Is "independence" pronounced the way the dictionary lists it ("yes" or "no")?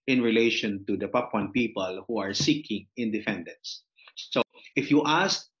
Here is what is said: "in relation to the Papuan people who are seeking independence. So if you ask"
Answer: no